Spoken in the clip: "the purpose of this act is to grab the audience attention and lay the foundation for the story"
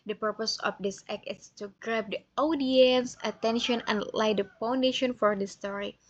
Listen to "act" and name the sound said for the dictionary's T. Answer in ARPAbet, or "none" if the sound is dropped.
none